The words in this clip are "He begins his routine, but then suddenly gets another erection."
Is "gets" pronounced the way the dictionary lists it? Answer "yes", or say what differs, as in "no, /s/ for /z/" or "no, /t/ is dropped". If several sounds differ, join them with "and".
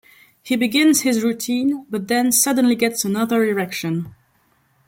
yes